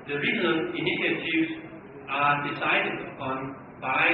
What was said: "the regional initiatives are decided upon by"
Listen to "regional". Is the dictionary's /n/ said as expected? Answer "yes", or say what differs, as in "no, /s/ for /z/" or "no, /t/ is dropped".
no, /l/ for /n/